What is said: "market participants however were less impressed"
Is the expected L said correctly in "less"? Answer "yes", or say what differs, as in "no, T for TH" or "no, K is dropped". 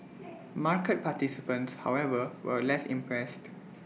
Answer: yes